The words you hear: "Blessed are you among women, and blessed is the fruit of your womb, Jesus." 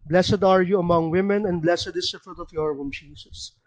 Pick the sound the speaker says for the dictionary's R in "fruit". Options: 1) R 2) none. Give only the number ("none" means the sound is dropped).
1